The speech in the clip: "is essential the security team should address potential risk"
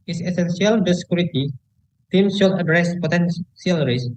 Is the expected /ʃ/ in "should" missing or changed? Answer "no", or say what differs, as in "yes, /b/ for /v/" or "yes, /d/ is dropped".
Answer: yes, /s/ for /ʃ/